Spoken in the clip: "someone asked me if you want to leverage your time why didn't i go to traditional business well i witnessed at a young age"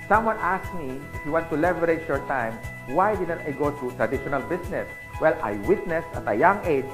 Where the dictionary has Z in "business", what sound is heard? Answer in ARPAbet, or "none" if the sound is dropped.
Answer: S